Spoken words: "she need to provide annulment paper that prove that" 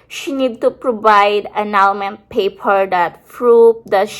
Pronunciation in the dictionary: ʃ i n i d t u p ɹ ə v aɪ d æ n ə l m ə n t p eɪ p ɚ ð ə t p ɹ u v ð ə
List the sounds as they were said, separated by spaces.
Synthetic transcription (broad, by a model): ʃ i n i d t u p ɹ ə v aɪ d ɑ n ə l m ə n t p eɪ p ɚ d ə t f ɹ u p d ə